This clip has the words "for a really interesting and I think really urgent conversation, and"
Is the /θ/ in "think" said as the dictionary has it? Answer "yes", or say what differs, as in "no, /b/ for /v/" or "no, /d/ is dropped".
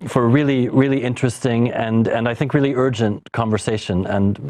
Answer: yes